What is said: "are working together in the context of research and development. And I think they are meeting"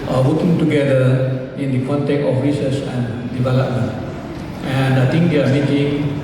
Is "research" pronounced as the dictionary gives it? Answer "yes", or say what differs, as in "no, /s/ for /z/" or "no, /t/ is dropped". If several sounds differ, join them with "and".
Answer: no, /s/ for /tʃ/